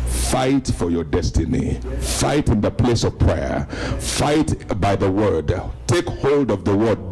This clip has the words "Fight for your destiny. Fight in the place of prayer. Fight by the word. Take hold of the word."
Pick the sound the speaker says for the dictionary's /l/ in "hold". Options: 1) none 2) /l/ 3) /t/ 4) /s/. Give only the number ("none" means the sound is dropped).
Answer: 2